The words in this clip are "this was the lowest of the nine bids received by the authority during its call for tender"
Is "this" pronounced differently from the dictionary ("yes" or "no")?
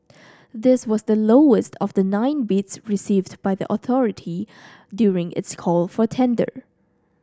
no